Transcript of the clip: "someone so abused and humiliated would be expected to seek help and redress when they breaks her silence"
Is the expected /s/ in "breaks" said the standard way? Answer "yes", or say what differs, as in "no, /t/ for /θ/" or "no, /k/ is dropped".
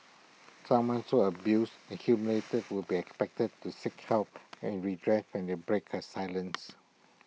no, /s/ is dropped